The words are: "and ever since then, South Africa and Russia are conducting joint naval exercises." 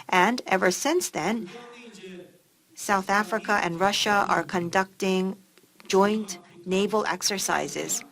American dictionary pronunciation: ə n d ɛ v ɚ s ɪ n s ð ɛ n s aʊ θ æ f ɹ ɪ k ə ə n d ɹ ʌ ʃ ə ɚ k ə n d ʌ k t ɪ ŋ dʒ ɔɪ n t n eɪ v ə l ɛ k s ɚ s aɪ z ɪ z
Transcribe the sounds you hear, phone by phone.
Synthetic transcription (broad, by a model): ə n d ɛ v ɚ s ɪ n s ð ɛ n s aʊ θ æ f ɹ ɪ k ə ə n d ɹ ʌ ʃ ə ɚ k ə n d ʌ k t ɪ ŋ dʒ ɔɪ n t n eɪ v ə l ɛ k s ɚ s aɪ z ɪ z